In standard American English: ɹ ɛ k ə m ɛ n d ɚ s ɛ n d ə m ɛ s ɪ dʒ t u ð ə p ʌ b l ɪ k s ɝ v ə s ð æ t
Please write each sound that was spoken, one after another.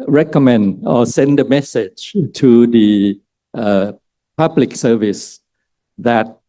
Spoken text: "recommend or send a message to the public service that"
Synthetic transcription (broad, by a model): ɹ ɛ k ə m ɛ n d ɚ s ɛ n d ə m ɛ s ɪ dʒ t u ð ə p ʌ b l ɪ k s ɝ v ə s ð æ t